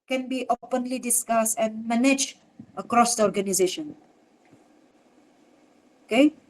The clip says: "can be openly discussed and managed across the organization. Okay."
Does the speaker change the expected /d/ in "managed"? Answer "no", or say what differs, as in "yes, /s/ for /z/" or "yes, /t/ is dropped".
yes, /d/ is dropped